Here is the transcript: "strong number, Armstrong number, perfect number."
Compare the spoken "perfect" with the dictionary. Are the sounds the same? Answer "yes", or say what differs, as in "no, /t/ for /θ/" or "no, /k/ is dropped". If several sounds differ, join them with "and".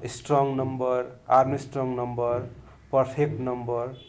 no, /p/ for /f/